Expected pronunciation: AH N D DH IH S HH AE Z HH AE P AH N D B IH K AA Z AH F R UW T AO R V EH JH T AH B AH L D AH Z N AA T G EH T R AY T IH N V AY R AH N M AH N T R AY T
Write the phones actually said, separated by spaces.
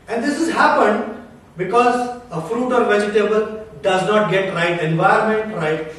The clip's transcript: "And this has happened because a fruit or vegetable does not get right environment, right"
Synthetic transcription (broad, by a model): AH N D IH S HH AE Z HH AE P AH N D B IH K AA Z AH F R UW T AO R V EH JH T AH B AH L D AH Z N AA T G EH T R AY T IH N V AY AH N M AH N T R AY T